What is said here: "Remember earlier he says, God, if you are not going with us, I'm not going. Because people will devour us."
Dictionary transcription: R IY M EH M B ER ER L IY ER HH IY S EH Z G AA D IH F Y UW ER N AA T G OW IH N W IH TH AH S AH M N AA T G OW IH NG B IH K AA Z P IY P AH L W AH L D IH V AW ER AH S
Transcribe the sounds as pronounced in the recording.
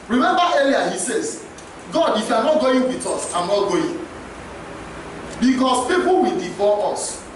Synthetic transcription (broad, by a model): R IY M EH M B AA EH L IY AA HH IY S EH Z G AA D IH F Y UW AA N AA T G OW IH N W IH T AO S AH M N AA T G OW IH B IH K AA S P IY P AH L W AH L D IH F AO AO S